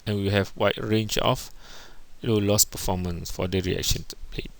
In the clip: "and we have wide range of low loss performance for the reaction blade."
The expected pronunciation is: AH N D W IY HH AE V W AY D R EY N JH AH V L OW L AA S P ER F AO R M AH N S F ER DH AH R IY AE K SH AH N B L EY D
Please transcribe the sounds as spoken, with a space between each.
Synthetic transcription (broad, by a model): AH N W IY HH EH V W AY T R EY N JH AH F L OW L AA S P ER F AO M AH N S F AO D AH R IY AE K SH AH N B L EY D